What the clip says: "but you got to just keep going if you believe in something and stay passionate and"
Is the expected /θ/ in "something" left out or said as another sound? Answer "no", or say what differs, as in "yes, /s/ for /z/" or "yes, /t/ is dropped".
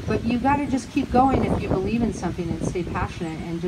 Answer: no